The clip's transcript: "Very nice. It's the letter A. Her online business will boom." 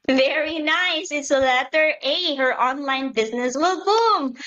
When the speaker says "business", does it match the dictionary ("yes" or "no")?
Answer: yes